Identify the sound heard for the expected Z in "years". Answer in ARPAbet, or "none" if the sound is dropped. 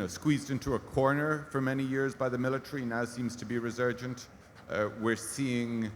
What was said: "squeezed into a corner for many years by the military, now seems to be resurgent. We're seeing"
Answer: Z